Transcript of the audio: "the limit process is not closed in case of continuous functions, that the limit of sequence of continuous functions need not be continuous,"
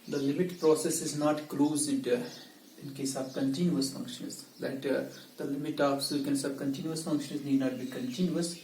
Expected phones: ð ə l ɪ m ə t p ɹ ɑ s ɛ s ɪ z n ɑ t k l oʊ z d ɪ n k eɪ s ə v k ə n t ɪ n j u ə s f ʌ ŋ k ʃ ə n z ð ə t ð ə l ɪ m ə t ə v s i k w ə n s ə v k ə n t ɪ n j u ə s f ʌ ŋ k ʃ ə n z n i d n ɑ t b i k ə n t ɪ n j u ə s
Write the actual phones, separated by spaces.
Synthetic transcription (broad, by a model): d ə l ɪ m ə t p ɹ ɑ s ɛ s ɪ z n ɑ t k l oʊ z d ɪ n k eɪ s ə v k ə n t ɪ n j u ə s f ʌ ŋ k ʃ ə n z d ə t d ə l ɪ m ə t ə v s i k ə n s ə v k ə n t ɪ n j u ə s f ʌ ŋ k ʃ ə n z n i d n ɑ t b i k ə n t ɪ n j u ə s